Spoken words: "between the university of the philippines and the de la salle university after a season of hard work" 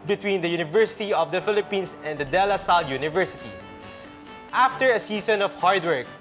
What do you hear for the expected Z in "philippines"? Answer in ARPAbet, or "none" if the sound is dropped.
S